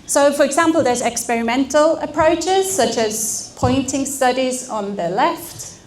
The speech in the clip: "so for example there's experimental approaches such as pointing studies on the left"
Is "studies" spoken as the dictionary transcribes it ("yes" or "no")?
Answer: yes